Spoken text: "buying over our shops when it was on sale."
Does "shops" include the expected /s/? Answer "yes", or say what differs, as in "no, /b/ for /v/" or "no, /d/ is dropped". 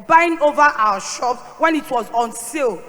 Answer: no, /s/ is dropped